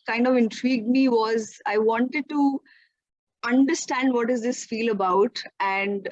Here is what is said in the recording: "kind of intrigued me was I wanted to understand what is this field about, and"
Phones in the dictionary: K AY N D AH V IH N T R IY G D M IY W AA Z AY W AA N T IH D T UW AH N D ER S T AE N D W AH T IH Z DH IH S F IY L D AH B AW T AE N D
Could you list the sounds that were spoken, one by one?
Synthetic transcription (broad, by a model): K AY N D AH V IH N T R IY G D M IY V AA Z AY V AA N T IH D T UW AH N D ER S T AE N D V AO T IH Z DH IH S F IY L AH B AW T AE N D